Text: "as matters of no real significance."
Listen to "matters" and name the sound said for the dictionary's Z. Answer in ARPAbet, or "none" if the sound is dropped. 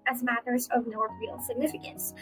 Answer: Z